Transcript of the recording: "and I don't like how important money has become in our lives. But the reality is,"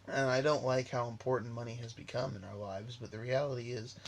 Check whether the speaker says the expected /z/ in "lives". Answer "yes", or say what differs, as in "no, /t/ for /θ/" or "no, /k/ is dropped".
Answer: yes